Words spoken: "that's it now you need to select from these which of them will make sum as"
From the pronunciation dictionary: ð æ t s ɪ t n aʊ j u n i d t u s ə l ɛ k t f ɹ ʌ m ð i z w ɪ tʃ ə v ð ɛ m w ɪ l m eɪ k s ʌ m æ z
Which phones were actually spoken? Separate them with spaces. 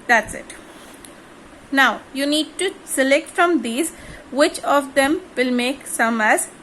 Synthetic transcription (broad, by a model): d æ t s ɪ t n aʊ j u n i d t u s ə l ɛ k t f ɹ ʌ m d i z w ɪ tʃ ə v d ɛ m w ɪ l m eɪ k s ʌ m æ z